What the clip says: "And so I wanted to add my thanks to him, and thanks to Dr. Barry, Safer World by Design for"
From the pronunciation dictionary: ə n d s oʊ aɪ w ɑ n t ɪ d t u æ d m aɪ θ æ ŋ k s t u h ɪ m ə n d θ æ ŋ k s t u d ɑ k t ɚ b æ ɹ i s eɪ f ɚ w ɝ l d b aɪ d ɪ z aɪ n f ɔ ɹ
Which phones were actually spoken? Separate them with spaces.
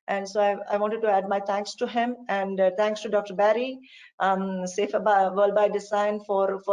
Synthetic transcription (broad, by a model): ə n d s oʊ aɪ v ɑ n t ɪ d t u æ d m aɪ t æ ŋ k s t u h ɪ m ə n d t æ ŋ k s t u d ɑ k t ɚ b æ ɹ i s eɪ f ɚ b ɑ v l b aɪ d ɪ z aɪ n f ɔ ɹ